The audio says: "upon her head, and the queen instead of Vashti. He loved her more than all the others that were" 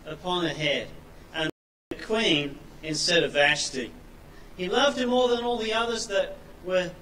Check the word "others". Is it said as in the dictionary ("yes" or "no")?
yes